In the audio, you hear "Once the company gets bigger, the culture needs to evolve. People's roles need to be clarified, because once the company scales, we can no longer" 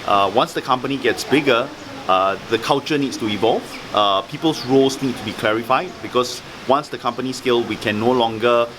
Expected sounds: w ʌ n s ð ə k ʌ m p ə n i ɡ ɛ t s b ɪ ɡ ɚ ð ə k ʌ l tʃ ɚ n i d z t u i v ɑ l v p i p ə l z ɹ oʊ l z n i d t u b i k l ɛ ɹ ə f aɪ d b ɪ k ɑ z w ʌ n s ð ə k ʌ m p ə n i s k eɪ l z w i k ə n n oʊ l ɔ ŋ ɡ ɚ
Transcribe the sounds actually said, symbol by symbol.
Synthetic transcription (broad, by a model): w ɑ n s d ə k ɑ m p ə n i ɡ ɛ t s b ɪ ɡ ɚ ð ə k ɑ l tʃ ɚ n i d s t u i v ɑ l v p i p ə l s ɹ oʊ l s n i d t u b i k l ɛ ɹ ə f aɪ d b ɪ k ɑ s w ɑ n s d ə k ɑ m p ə n i s k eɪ l w i k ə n n oʊ l ɔ ŋ ɡ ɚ